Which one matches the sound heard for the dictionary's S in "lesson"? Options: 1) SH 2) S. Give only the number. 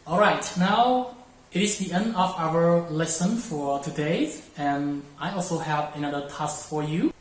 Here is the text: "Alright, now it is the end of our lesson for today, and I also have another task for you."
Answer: 2